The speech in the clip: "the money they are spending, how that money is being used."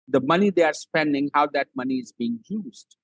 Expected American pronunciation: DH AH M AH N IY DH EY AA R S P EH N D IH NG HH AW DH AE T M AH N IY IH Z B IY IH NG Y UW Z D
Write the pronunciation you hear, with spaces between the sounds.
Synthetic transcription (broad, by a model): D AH M AH N IY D EY AA R S P EH N D IH NG HH AW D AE T M AH N IY IH Z B IY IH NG Y UW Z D